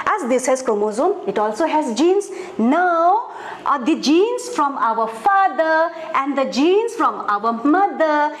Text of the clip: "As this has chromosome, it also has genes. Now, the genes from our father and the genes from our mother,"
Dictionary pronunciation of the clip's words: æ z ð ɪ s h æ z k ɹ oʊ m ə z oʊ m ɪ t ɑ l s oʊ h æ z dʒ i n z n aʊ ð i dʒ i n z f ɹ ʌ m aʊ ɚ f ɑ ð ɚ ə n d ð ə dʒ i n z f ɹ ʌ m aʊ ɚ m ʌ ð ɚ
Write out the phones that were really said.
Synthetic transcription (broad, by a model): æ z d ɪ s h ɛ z k oʊ m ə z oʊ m ɪ t ɑ l s oʊ h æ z dʒ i n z n aʊ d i dʒ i n s f ɹ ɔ m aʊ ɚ f ɑ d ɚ ə n d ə dʒ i n s f ɹ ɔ m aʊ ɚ m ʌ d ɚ